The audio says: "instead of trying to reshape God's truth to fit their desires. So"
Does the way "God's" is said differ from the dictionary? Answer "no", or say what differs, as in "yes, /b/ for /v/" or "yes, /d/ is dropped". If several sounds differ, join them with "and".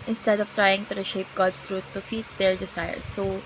yes, /s/ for /z/